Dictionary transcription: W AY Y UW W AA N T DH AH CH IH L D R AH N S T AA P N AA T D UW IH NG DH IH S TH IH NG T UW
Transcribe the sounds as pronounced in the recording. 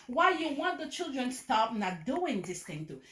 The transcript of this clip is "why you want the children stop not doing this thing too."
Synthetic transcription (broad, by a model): W AY Y UW W AA N T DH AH CH IH L D R AH N S T AA P N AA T D UW IH NG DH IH S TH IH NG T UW